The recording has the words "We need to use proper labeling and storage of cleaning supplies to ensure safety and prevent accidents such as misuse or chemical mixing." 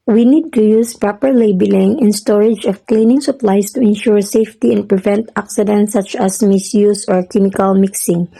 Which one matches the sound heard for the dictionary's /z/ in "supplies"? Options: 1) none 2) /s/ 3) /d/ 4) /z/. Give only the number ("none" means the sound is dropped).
2